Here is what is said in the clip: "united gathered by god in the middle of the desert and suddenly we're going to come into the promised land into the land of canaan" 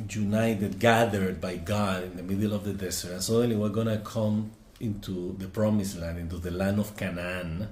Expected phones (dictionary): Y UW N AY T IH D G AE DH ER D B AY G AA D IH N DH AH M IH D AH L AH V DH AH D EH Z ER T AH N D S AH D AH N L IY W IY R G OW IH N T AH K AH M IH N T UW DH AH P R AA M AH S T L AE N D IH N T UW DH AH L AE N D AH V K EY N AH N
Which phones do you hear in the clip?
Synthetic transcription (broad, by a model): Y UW N AY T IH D G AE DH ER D B AY G AA D IH N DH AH M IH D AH L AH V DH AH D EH S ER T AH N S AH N L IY W IY R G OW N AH K AH M IH N T UW DH AH P R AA M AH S L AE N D IH N T UW DH AH L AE N D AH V K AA N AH N